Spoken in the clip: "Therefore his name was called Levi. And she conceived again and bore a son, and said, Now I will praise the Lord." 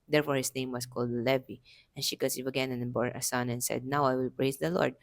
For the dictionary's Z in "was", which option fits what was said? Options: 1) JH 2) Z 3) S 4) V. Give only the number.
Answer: 3